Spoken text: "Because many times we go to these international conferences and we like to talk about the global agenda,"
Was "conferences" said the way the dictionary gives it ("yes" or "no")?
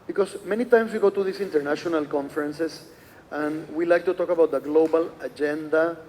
no